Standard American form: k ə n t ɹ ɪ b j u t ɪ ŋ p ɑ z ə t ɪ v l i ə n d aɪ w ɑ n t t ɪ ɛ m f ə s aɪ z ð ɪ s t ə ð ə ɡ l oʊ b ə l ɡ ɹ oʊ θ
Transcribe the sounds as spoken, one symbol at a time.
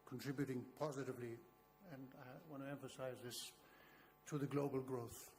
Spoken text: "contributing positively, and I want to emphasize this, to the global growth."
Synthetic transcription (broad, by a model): k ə n t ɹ ɪ b j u t ɪ ŋ p ɑ z ə t ɪ v l i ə n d aɪ w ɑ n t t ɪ ɛ m f ə s aɪ z ð ɪ s t ə ð ə ɡ l oʊ b ə l ɡ ɹ oʊ θ